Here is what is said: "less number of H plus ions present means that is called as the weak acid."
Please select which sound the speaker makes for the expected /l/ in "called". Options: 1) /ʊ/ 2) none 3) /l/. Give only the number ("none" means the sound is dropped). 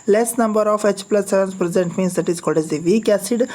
2